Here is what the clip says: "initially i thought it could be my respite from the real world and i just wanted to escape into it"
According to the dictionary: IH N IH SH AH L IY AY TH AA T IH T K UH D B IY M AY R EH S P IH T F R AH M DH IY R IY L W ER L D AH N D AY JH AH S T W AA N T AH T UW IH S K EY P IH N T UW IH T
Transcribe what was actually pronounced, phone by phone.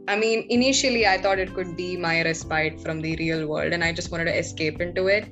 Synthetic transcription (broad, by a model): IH N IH SH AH L IY AY T AA T IH T K UH D B IY M AY R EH S P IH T F R AH M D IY R IY L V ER L D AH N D AY JH AH S T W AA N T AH T UW IH S K EY P IH N T UW IH T